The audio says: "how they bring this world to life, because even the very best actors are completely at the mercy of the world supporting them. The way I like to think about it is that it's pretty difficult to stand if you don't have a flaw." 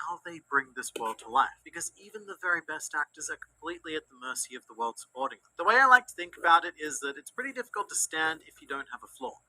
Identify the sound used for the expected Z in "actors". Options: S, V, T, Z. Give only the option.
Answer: Z